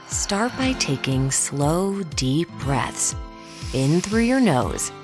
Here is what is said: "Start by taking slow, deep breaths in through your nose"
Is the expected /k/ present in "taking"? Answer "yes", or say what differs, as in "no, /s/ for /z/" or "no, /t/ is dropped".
yes